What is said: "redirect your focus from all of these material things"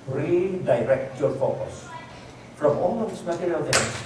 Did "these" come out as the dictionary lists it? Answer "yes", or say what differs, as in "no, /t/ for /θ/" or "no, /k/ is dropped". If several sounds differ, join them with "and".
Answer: no, /s/ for /z/